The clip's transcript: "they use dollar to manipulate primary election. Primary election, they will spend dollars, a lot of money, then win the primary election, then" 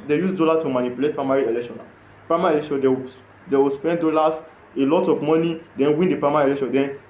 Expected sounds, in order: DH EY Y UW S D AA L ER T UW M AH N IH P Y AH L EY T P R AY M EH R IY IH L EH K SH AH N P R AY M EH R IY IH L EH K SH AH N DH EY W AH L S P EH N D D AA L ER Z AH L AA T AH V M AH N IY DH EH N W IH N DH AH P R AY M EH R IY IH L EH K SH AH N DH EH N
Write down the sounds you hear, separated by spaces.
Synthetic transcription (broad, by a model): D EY Y UW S D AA L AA T UW M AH N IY P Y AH L EY T P R AY M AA R IY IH L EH K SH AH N P R AY M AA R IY IH L EH K SH AH N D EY W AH W S P EH N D D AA L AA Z AH L AA T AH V M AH N IY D EH N W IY N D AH P R AY M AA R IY IH L EH K SH AH N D EH N